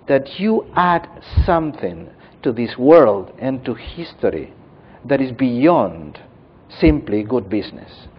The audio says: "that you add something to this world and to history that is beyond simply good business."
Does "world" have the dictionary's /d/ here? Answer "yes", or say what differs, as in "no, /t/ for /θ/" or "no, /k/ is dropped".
yes